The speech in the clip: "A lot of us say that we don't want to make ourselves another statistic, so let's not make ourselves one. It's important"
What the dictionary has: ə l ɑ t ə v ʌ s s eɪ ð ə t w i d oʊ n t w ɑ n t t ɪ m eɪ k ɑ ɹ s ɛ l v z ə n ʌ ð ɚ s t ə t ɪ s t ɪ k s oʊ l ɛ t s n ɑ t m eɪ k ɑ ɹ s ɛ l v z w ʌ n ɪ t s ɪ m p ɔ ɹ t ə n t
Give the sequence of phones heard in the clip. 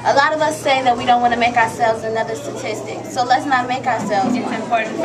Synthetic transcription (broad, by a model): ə l ɑ t ə v ʌ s s eɪ ð ə t w i d oʊ n t w ɑ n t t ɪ m eɪ k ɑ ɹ s ɛ l v z ə n ʌ ð ɚ s t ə t ɪ s t ɪ k s oʊ l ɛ t s n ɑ t m eɪ k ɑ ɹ s ɛ l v z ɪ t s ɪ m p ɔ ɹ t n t